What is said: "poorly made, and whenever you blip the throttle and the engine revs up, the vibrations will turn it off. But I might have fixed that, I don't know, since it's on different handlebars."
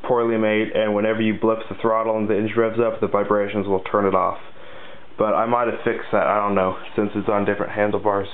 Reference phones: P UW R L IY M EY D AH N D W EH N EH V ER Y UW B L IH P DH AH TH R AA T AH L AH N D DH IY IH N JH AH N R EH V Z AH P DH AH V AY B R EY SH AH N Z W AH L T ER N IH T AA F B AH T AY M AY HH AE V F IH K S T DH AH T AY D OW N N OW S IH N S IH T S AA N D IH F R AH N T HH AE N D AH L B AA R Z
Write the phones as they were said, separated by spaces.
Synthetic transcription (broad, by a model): P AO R L IY M EY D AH N W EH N EH V ER Y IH B L IH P DH AH TH R AA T L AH N DH IY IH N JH R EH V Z AH P DH AH V AY B R EY SH AH N Z W AH L T ER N IH T AA F B AH T AY M AY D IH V F IH K S DH AH T AY D OW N N OW S IH N S IH T S N D IH F R AH N T HH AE N D L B AA R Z